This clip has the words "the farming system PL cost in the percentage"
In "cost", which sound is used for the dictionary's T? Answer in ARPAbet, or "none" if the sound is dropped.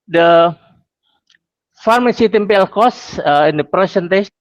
none